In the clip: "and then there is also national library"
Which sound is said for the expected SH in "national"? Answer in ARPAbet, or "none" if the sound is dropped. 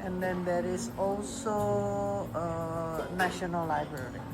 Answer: SH